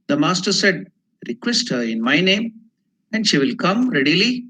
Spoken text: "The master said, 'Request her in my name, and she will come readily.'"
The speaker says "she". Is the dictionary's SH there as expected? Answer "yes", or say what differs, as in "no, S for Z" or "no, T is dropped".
yes